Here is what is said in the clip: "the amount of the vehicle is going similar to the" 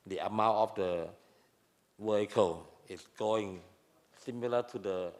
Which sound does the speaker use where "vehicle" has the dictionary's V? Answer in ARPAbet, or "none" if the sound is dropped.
W